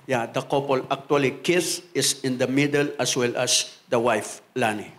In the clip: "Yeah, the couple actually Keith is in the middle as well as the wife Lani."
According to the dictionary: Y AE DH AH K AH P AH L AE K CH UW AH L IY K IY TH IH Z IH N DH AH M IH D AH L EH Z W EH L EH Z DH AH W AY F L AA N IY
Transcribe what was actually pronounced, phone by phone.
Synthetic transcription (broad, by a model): Y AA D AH K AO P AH L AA K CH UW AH L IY K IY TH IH S IH N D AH M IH D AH L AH S W EH L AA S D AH W AY F L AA N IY